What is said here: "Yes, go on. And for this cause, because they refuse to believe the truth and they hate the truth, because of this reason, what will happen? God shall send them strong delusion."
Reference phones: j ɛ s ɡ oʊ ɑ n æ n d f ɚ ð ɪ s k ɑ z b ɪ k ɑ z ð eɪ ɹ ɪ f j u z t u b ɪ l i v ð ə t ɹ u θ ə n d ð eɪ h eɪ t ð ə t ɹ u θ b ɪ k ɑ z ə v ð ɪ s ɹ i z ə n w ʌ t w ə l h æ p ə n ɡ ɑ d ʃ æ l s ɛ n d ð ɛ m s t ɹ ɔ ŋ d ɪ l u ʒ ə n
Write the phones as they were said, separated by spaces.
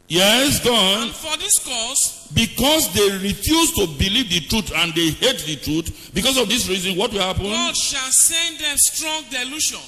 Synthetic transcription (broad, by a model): j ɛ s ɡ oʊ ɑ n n f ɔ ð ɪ s k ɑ s b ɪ k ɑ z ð eɪ ɹ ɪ f j u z t u b ɪ l i v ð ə t ɹ u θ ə n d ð eɪ h eɪ t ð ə t ɹ u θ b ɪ k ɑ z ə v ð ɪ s ɹ i z ə n w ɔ t w ə l h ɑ p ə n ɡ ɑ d ʃ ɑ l s ɛ n d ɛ m s t ɹ ɔ ŋ d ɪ l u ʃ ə n